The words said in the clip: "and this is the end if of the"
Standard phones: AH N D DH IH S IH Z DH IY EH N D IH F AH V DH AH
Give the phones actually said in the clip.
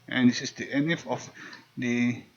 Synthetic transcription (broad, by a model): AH N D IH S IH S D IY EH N IH F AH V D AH